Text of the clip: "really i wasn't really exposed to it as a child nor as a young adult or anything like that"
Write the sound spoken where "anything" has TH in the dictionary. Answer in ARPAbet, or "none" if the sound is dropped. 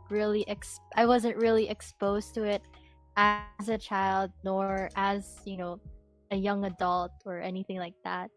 TH